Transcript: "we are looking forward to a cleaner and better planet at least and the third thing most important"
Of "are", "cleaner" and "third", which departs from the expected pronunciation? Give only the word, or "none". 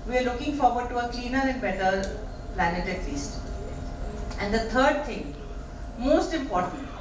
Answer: third